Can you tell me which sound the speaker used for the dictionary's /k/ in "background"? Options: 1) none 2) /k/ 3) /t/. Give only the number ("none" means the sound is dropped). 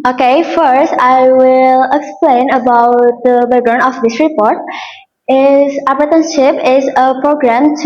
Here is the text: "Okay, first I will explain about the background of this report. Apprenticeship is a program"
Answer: 1